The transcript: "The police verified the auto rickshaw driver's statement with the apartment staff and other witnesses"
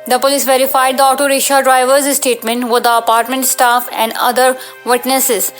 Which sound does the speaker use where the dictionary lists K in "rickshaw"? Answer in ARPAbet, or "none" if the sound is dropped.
none